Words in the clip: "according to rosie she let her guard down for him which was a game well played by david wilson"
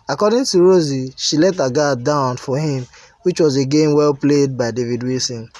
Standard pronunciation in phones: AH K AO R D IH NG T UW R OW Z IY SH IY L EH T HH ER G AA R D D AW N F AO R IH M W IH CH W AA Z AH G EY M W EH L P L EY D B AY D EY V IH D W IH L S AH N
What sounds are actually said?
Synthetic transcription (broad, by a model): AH K AO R D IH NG T UW R OW Z IY SH IY L EH T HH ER G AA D D AW N F AO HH IH M W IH CH W AA Z AH G EY M W EH L P L EY D B AY D EY V IH D W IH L S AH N